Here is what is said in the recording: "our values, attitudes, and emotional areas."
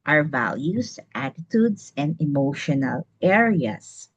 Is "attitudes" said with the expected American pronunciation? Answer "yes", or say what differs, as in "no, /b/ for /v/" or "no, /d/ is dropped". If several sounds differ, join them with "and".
no, /s/ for /z/